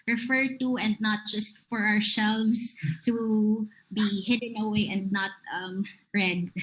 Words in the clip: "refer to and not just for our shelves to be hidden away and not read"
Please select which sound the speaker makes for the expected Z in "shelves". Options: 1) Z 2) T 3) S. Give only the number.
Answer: 3